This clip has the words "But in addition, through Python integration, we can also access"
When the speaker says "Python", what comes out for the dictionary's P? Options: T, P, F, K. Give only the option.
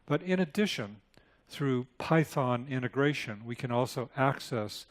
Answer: P